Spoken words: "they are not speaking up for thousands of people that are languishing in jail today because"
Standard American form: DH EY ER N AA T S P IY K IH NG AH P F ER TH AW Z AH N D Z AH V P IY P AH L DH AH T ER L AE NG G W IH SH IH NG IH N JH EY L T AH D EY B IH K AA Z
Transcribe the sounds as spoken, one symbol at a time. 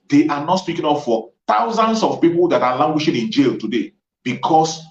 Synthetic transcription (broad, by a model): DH EY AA N AA T S P IY K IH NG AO F F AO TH AW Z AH N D S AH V P IY P AH L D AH T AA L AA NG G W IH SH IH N IH N JH EY L T AH D EY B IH K AA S